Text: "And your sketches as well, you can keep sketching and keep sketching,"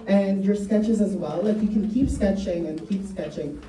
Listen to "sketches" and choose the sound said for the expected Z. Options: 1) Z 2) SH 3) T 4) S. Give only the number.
1